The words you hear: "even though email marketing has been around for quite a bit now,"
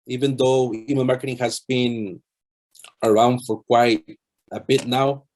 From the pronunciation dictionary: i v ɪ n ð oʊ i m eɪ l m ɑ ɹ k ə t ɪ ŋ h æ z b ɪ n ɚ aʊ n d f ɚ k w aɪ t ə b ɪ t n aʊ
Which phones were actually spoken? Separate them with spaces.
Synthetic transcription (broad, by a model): i v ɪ n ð oʊ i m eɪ n m ɑ ɹ k ə t ɪ ŋ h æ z b ɪ n ɚ aʊ n d f ɚ k w aɪ t ə b ɪ t n aʊ